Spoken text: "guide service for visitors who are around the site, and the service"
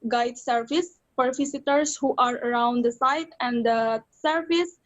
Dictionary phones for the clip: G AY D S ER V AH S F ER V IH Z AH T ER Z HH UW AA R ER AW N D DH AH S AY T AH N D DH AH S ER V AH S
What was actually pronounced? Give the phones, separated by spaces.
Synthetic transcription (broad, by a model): G AY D S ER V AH S P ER F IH S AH T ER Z HH UW AA R ER AW N D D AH S AY T AH N D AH S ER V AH S